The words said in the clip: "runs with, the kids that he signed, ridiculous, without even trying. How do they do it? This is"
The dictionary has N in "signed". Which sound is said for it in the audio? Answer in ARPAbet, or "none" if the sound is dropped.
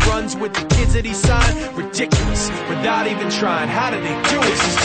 none